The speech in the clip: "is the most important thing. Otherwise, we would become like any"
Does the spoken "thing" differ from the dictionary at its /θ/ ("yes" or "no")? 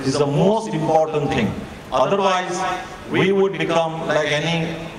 yes